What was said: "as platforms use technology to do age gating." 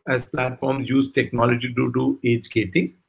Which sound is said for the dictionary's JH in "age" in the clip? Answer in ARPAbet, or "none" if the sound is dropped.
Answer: JH